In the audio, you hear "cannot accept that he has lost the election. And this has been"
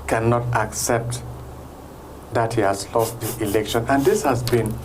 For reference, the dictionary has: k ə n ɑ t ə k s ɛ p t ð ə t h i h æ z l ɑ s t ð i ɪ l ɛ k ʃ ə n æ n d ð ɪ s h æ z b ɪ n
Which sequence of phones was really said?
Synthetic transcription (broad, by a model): k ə n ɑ t ə k s ɛ p t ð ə t h i h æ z l ɑ s t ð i ɪ l ɛ k ʃ ə n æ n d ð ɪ s h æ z b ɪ n